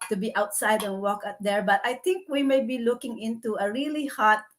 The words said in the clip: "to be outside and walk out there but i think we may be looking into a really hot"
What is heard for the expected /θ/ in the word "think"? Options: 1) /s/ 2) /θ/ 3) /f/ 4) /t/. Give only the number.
4